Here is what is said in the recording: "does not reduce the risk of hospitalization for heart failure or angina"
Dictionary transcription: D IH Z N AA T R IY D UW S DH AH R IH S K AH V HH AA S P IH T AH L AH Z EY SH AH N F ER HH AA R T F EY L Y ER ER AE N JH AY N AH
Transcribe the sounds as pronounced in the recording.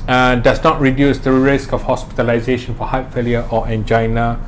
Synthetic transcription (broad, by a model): D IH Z N AA T R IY D UW S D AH R IH S K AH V HH AA S P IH T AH L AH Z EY SH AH N F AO HH AA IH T F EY L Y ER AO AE N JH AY N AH